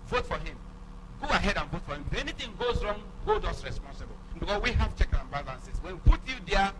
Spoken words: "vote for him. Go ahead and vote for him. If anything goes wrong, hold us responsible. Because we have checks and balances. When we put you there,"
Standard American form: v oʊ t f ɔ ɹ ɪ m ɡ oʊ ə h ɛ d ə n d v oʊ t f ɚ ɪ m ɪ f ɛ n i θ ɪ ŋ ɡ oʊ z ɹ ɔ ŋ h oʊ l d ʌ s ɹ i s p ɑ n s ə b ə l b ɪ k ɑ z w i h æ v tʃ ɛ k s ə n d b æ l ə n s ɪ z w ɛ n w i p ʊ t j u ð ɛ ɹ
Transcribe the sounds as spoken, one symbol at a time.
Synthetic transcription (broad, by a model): v oʊ t f ɔ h ɪ m ɡ oʊ ə h ɛ d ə n v oʊ t f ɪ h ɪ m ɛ n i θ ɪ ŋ ɡ oʊ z ɹ ɔ ŋ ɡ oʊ d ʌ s ɹ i s p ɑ n s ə b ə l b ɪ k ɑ s w i h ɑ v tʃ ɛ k ə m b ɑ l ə n s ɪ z w ɛ n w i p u t j u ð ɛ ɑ